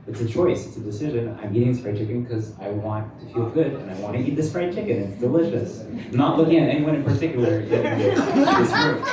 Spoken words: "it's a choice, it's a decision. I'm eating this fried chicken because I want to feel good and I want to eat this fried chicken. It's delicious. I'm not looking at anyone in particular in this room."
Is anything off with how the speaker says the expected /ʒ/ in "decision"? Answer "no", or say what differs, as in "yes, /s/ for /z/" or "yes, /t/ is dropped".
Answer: no